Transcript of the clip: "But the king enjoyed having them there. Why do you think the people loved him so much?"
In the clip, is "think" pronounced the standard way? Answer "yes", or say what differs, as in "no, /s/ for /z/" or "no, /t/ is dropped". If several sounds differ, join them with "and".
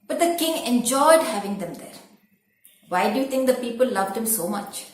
no, /t/ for /θ/